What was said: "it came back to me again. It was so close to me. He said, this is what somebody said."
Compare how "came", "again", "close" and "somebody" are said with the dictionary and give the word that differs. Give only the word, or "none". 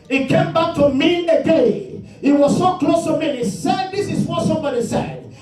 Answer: again